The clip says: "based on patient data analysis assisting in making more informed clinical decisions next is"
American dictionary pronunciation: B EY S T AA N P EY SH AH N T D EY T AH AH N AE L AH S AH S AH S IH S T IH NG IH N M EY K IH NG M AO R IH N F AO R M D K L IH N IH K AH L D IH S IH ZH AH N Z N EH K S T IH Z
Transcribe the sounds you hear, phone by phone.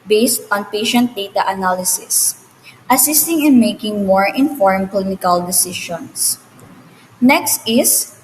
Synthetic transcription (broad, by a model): B EY S T AA N P EY SH AH N T D EY T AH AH N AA L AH S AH S AH S IH S T IH NG IH N M EY K IH NG M AO R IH N F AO R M K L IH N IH K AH L D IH S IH SH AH N S N EH K S T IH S